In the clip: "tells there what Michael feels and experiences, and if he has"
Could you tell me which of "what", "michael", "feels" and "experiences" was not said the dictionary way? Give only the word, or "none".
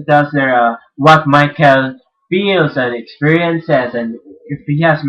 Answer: none